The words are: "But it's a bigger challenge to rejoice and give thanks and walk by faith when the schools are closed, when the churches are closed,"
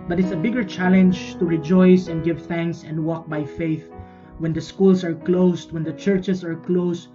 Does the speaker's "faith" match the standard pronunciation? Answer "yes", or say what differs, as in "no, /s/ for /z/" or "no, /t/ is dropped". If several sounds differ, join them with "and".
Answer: yes